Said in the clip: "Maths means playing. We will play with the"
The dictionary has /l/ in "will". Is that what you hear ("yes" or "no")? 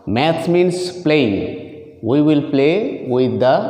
yes